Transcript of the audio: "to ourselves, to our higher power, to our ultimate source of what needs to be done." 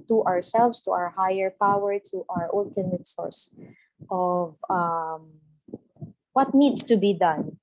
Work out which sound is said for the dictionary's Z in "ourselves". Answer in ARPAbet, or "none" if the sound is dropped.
S